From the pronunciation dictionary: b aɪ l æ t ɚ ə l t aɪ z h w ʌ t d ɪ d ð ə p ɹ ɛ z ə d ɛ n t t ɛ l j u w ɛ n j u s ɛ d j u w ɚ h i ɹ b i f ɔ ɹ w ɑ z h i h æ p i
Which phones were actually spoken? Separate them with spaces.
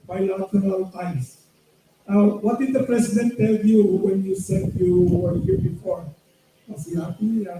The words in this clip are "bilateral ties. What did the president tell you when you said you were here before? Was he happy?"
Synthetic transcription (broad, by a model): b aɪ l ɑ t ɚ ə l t aɪ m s w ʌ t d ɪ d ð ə p ɹ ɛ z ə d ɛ n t t ɛ l j u w ɛ n j u s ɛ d j u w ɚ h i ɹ b i f ɔ ɹ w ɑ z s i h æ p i